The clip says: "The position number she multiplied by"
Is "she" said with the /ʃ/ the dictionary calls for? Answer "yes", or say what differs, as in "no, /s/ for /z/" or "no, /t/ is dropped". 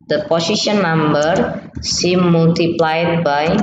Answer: no, /s/ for /ʃ/